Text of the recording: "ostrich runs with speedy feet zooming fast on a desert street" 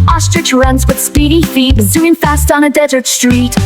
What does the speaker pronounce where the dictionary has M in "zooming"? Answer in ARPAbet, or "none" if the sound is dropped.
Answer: none